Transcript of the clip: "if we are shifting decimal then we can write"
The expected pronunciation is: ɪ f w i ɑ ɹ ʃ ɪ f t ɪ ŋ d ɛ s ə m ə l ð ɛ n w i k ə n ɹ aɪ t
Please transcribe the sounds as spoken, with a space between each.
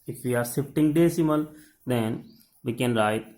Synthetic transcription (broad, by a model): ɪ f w i ɑ ɹ s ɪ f t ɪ ŋ d ɛ s ə m ə l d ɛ n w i k ə n ɹ aɪ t